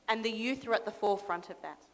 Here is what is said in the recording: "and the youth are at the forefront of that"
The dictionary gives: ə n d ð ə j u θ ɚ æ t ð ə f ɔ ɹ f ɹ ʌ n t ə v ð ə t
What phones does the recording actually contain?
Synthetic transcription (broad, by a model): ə n ð ə j u θ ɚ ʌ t ð ə f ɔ f ɹ ʌ n t ə v ð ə t